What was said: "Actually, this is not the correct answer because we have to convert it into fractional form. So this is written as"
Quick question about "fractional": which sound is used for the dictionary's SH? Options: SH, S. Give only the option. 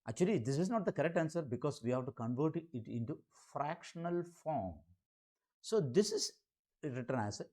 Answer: SH